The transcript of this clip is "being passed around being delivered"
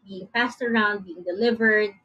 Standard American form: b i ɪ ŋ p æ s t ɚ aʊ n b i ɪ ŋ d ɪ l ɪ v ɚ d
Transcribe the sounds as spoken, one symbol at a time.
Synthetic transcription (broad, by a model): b i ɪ ŋ f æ s t ɚ aʊ n b i ɪ ŋ d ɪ l ɪ v ɚ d